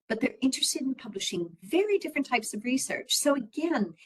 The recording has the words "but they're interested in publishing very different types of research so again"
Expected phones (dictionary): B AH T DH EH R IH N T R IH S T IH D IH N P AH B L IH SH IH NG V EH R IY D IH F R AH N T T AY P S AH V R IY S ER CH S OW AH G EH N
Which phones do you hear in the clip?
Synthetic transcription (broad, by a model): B AH T DH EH R IH N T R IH S T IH D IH N P AH B L IH SH IH NG V EH R IY D IH F R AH N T T AY P S AH V R IY S ER CH S OW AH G EH N